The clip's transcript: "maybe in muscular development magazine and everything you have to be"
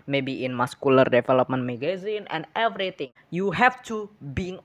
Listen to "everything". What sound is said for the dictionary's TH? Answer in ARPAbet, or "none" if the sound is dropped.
T